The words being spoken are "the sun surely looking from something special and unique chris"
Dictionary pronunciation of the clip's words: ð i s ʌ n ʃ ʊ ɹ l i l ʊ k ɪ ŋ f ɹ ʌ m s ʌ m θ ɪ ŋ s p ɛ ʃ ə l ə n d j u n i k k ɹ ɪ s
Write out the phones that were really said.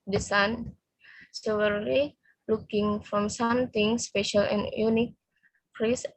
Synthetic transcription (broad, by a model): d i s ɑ n s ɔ w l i l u k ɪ ŋ f ɹ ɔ m s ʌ m t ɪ ŋ s p ɛ ʃ ə l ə n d j u n i k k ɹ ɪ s